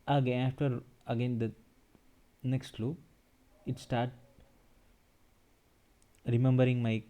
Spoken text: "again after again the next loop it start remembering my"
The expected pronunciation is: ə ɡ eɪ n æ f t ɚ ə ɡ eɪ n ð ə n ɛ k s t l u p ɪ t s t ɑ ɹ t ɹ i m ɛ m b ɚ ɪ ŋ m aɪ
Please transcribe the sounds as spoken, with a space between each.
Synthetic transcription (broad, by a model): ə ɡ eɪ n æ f t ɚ ə ɡ eɪ n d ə n ɛ k s t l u ɪ t s t ɑ ɹ t ɹ i m ɛ m b ɚ ɪ ŋ m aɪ